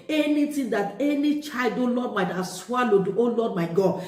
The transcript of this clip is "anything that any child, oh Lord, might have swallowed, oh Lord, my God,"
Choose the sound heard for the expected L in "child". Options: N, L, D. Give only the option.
L